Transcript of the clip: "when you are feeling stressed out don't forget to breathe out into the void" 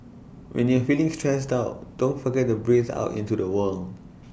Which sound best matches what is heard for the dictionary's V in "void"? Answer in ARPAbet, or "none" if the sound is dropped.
W